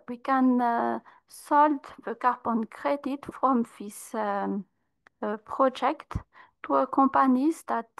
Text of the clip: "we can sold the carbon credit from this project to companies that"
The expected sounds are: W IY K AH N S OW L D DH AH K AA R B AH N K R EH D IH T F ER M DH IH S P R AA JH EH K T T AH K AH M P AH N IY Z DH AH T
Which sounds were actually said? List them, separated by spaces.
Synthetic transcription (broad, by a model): W IY K AH N S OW L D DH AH K AA R B AH N K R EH D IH T F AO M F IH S P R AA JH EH K T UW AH K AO P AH N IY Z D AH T